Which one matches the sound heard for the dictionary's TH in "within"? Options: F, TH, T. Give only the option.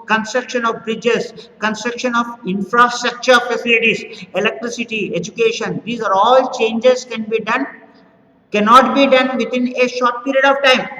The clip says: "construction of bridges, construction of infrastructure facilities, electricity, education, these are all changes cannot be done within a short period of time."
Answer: T